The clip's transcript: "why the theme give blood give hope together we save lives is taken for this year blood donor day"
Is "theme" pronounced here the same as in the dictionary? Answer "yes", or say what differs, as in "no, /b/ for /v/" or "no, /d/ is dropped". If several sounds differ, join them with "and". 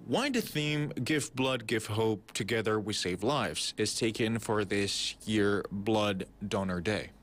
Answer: yes